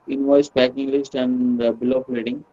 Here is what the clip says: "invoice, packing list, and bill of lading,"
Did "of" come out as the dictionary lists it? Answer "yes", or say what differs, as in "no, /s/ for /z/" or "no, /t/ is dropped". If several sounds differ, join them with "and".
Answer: no, /p/ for /v/